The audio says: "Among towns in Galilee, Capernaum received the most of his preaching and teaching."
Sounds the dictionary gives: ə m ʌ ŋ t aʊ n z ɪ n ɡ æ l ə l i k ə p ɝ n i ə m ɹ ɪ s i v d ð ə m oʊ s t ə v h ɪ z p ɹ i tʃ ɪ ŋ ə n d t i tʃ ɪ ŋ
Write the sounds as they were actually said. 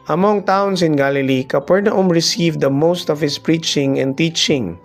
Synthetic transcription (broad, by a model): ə m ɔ ŋ t aʊ n s ɪ n ɡ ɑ l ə l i k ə p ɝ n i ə m ɹ ɪ s i v d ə m oʊ s t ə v h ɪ s p ɹ i tʃ ɪ ŋ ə n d t i tʃ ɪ ŋ